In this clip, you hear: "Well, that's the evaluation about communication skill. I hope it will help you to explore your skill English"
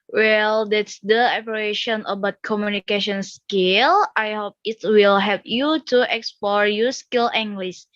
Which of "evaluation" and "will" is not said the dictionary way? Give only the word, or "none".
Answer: evaluation